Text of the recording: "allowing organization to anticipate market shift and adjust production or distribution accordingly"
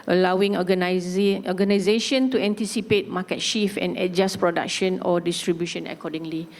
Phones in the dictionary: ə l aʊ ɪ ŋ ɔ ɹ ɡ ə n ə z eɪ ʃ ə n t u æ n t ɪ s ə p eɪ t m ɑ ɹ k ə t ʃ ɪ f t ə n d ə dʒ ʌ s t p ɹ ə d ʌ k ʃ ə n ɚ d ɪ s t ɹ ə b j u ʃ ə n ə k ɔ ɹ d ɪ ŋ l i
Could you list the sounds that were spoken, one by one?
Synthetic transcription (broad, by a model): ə l aʊ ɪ ŋ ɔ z ɡ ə n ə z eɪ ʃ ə n t u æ n t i s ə p eɪ t m ɑ k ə t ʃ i f ə n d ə dʒ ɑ s p ɹ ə d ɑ k ʃ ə n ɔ d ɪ s t ɹ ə b j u ʃ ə n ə k ɔ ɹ d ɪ ŋ l i